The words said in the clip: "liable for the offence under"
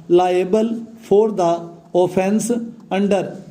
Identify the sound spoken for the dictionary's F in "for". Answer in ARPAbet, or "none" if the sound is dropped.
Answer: P